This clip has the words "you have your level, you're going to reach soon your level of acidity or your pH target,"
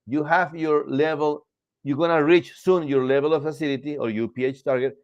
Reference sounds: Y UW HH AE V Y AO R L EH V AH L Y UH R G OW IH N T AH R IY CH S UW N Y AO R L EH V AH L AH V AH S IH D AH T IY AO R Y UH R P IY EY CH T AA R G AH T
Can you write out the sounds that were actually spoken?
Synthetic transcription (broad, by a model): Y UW HH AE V Y AO R L EH V AH L Y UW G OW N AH R IY CH S UW N Y AO R L EH V AH L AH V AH S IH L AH T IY AO R Y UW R P IY EY CH T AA R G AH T